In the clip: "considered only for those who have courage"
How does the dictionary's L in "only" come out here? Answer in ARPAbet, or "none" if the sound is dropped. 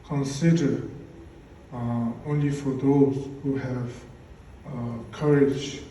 L